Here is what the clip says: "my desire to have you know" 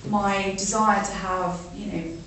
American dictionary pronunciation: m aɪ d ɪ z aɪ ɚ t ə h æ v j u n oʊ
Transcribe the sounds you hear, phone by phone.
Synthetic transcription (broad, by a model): m aɪ d ɪ z aɪ ɚ t ə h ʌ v j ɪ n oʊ